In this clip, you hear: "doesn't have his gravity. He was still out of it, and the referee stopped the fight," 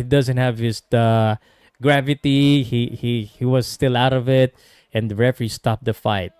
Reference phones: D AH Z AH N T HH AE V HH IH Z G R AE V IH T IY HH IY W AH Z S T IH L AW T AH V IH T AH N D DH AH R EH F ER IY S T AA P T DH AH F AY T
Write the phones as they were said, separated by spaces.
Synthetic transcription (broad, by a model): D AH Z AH N T HH AE V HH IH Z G R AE V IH T IY HH IY W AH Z S T IH L AW T AH V IH T AH N D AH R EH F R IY S T AA P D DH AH F AY T